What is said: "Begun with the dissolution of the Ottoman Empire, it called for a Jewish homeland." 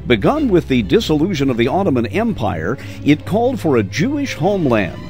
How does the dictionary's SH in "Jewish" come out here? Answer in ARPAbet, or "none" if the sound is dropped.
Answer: SH